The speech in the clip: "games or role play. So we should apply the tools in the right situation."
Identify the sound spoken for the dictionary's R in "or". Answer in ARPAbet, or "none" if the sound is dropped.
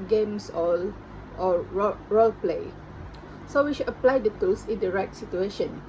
L